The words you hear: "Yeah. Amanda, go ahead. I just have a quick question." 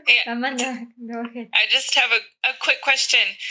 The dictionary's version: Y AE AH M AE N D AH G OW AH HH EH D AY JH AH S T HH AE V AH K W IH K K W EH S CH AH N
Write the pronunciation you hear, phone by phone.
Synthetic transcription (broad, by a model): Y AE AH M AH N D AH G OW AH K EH AY JH AH S T HH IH V AH K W IH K K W EH S CH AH N